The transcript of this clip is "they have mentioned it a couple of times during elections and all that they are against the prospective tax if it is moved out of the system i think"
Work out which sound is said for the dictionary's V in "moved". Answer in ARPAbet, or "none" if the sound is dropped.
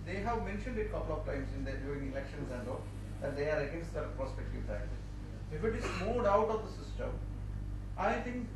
none